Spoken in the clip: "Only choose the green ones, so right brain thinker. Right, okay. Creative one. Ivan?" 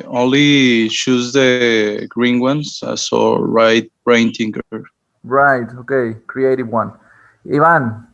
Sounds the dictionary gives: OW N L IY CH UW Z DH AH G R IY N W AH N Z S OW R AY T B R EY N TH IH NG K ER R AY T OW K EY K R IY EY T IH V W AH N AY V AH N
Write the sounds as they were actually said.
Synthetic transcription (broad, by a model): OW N L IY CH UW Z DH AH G R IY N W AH N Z S OW R AY T B R EY N T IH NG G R R AY T OW K EY K R IY EY T IH V W AH N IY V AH N